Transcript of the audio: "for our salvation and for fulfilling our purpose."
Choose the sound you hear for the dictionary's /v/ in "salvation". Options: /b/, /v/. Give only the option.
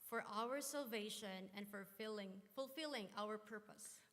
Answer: /v/